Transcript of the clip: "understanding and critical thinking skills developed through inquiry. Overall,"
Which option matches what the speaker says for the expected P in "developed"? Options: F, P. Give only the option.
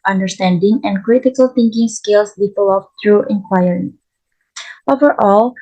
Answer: F